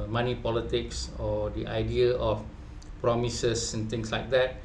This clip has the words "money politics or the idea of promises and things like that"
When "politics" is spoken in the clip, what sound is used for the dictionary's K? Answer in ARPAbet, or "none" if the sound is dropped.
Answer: K